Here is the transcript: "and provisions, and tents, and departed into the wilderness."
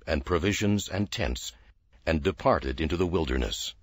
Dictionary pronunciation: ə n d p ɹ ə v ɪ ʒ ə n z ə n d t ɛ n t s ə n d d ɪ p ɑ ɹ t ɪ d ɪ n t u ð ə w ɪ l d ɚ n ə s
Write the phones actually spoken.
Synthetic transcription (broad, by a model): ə n p ɹ ə v ɪ ʒ ə n z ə n t ɛ n t s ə n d d ɪ p ɑ ɹ t ɪ d ɪ n t u ð ə w ɪ l d ɚ n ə s